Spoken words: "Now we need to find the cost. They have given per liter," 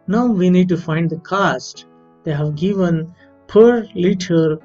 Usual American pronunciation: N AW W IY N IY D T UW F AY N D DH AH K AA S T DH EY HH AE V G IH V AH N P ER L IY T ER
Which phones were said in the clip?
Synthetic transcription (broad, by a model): N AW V IY N IY D T UW F AY N D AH K AA S T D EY HH AE V G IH V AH N P ER L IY T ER